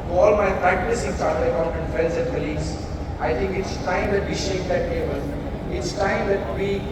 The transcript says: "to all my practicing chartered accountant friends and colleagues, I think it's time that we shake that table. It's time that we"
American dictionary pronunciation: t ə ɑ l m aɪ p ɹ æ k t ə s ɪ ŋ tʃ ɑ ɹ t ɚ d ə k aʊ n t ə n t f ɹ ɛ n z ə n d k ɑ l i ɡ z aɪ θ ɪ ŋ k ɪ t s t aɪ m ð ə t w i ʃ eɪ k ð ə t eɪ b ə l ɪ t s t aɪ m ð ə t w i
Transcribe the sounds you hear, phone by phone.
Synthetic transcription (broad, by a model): ɑ l m aɪ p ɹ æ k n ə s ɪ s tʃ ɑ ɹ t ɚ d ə ʊ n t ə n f ɛ l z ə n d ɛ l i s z aɪ t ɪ ŋ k ɪ t s t aɪ m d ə t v i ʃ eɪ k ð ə t eɪ b ə l ɪ t s t aɪ m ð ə t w i